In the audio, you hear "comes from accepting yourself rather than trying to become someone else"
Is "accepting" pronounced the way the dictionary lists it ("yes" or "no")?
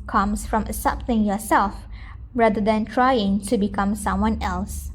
no